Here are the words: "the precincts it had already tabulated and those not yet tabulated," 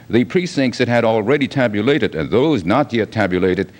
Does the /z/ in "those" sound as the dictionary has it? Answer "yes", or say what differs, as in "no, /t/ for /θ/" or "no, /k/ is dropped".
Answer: yes